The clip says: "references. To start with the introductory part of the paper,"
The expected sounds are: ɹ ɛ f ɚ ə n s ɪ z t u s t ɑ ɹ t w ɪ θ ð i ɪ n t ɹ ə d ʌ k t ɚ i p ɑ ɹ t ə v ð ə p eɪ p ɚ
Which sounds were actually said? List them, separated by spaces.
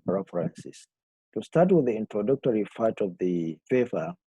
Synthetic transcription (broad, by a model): ɹ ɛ f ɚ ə n s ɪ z t u s t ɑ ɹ t w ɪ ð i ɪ n t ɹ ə d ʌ k t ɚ i f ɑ t ə v ð ə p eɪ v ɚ